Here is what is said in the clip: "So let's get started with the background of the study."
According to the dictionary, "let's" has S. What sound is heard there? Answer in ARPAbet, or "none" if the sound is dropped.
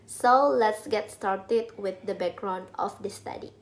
S